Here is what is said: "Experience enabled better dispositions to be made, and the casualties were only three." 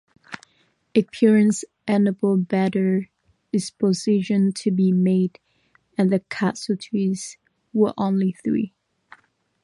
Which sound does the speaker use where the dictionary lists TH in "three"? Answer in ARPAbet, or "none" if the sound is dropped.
TH